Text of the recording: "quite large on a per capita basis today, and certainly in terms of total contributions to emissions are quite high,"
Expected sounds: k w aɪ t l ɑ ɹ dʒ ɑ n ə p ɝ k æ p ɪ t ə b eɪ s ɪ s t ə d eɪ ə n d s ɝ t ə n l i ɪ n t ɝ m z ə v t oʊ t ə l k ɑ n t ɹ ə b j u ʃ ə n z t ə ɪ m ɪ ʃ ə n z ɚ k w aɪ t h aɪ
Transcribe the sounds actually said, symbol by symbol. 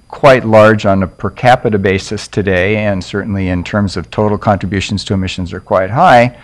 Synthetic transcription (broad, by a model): k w aɪ t l ɑ ɹ dʒ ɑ n ə p ɝ k æ p ɪ t ə b eɪ s ɪ s t ə d eɪ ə n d s ɝ t n l i ɪ n t ɝ m z ə v t oʊ t l k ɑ n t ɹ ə b j u ʃ n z t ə ɪ m ɪ ʃ ə n z ɚ k w aɪ t h aɪ